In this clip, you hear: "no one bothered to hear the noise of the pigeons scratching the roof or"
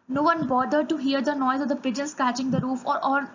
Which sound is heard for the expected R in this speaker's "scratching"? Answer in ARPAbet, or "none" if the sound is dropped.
none